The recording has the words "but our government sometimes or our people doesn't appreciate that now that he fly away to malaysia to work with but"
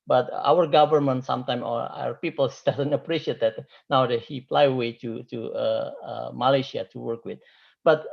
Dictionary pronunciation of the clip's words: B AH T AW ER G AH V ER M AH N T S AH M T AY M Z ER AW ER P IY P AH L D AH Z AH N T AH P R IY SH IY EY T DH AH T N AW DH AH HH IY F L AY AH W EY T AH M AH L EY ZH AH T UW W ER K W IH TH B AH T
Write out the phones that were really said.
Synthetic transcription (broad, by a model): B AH T AW ER G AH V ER M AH N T S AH M T AY M ER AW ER P IY P AH L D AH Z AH N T AH P R IY SH IY EY T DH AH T N AW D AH HH IY P L AY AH W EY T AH M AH L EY SH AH T UW W ER K W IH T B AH T